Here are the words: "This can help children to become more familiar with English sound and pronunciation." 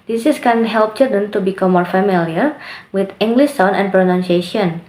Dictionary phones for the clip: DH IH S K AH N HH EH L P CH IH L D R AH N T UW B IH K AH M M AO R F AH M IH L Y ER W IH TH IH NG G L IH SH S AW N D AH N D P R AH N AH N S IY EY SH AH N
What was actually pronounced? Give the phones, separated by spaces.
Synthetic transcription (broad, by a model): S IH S K AH N HH EH L P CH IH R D AH N T UW B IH K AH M M AO R F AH M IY L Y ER W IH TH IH NG G L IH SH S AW N AH N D P R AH N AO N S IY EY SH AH N